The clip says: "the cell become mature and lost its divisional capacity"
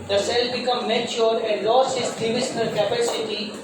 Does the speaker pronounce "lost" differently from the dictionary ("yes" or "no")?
yes